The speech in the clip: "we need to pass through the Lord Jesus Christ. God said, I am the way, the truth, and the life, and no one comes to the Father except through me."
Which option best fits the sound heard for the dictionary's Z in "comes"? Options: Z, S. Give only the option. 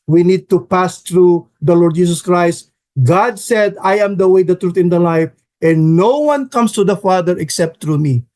S